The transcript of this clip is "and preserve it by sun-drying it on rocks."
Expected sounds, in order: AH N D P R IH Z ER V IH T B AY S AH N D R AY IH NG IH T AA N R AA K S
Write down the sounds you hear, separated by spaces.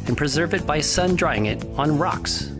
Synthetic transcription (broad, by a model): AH N P R IH Z ER V IH T B AY S AH N D R AY IH NG IH T N R AA K S